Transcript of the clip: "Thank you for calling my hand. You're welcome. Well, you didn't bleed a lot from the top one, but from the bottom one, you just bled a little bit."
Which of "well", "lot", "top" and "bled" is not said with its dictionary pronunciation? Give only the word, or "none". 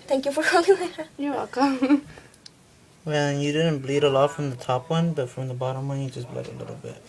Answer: well